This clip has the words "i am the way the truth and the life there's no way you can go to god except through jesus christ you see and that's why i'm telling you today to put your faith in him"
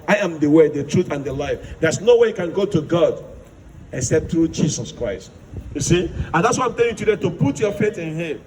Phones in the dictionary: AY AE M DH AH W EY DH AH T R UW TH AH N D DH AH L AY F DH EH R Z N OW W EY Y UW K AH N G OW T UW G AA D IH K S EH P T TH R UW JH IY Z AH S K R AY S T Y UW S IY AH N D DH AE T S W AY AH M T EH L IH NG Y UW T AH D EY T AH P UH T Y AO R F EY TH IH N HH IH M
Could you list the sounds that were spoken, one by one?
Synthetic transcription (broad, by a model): AY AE M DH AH W EY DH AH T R UW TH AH N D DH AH L AY F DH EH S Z N OW W EY Y UW K AH N G OW T UW G AA D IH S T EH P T TH R UW JH IY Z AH S K R AY S T Y UW S IY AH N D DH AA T S W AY AH M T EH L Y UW T AH D EY T AH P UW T Y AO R F EY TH IH N HH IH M